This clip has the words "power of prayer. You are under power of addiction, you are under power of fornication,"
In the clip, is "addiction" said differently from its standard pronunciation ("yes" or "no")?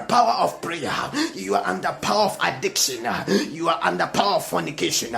no